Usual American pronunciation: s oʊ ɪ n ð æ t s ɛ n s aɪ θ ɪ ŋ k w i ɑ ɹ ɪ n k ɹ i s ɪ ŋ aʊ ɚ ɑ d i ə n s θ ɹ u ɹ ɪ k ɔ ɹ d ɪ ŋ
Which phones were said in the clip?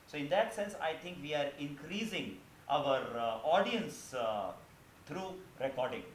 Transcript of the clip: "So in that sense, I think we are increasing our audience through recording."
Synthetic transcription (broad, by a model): s oʊ ɪ n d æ t s ɛ n s aɪ t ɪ ŋ k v i ɑ ɹ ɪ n k ɹ i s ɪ ŋ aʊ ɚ ɑ d i ə n s t ɹ u ɹ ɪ k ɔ ɹ d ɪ ŋ